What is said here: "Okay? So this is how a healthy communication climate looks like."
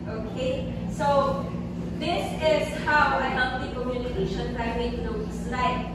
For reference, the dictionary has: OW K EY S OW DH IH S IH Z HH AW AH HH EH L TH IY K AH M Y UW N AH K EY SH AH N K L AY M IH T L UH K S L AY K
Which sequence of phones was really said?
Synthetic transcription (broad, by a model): OW K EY S OW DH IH S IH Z HH AW AH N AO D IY K AH M Y UW N AH K EY SH AH N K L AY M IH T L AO S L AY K